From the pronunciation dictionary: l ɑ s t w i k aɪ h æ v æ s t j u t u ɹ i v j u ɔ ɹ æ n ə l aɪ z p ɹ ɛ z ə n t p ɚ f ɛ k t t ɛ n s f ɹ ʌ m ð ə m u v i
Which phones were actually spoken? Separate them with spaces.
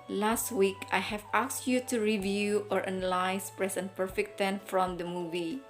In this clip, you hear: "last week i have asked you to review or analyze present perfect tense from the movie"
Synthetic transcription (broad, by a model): l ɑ s t w i k aɪ h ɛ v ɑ s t j u t u ɹ i v j u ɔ ɹ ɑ n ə l aɪ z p ɹ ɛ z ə n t p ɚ f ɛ k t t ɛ n f ɹ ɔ m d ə m u v i